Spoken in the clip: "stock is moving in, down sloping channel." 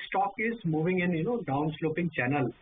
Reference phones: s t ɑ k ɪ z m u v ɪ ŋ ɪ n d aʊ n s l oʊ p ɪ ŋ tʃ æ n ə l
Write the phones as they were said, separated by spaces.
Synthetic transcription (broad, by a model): s t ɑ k ɪ z m u v ɪ ŋ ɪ n d aʊ n s l oʊ p ɪ ŋ tʃ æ n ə l